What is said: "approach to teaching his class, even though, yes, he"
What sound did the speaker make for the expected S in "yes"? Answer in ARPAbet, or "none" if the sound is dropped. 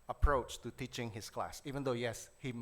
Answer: S